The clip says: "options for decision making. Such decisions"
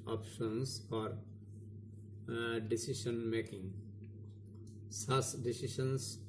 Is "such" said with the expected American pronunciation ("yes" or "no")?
no